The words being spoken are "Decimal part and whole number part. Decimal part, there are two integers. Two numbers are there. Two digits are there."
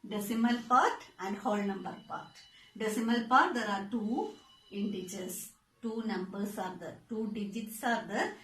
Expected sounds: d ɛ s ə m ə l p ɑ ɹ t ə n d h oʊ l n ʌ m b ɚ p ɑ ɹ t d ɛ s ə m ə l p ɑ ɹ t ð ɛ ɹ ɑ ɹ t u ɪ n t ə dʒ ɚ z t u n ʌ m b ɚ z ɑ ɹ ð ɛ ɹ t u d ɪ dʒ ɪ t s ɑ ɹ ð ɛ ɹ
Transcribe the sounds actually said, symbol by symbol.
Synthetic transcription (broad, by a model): d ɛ s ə m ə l p ɑ ɹ t ə n d h oʊ l n ʌ m b ɚ p ɑ ɹ t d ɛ s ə m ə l p ɑ ɹ t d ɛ ɹ ɑ ɹ t u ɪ n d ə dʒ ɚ s t u n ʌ m b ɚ s ɑ ɹ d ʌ t u d ɪ dʒ ɪ t s ɑ ɹ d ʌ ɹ